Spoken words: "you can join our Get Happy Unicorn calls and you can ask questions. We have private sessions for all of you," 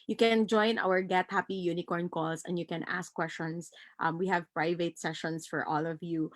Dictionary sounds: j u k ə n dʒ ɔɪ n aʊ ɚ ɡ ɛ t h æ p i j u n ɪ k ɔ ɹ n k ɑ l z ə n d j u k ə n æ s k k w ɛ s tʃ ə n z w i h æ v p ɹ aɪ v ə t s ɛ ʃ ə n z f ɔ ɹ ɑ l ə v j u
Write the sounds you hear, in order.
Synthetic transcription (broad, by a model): j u k ə n dʒ ɔɪ n aʊ ɚ ɡ ɛ t h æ p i j u n ɪ k ɔ ɹ n k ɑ l s ə n d j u k ə n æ s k k w ɛ s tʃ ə n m w i h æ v p ɹ aɪ v ə t s ɛ ʃ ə n s f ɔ ɹ ɑ l ə v j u